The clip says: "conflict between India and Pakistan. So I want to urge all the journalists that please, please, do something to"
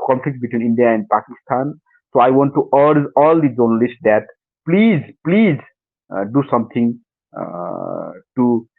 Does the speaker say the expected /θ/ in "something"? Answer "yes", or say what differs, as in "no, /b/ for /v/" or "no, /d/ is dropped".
no, /t/ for /θ/